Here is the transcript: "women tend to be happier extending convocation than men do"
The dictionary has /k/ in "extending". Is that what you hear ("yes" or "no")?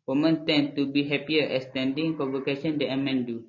no